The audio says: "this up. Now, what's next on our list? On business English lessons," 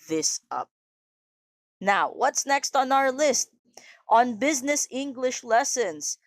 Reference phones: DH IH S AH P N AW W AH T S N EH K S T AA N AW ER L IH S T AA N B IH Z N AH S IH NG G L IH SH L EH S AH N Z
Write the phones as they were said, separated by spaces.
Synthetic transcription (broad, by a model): DH IH S AH P N AW W AH T S N EH K S T N AW ER L IH S T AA N B IH Z N AH S IH NG G L IH SH L EH S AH N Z